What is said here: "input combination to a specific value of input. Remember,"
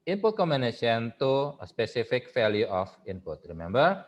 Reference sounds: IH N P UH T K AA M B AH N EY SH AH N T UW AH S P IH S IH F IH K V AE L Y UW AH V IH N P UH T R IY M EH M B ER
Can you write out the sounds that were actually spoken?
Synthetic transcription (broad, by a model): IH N P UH T K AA M AH N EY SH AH N T UW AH S P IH S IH F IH K F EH L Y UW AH F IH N P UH T R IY M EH M B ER